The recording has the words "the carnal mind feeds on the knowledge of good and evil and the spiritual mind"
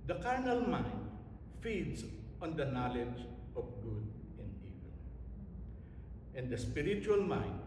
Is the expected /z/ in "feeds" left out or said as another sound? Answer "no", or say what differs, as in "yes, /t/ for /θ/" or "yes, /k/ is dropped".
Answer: yes, /s/ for /z/